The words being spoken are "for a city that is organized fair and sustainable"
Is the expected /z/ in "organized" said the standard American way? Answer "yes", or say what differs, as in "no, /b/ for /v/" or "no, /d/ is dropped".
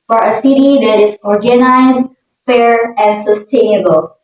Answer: yes